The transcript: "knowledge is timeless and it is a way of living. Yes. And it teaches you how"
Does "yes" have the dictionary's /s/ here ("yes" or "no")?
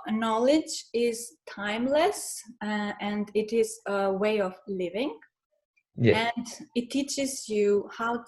no